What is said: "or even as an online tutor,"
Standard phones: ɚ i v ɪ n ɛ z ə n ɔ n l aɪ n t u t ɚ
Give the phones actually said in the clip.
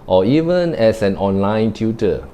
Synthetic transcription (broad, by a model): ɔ i v ɪ n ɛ s ə n ɔ n l aɪ n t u t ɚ